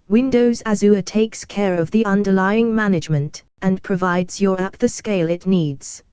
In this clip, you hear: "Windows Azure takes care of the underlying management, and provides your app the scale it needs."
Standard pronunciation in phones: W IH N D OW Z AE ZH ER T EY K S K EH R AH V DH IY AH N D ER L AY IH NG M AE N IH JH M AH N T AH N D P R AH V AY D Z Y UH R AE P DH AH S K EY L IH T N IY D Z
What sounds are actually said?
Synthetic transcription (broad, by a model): W IH N D OW Z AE Z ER T EY K S K EH R AH V DH IY AH N D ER L AY IH NG M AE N IH JH M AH N T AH N P R AH V AY D Z Y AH R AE P DH AH S K EY L IH T N IY D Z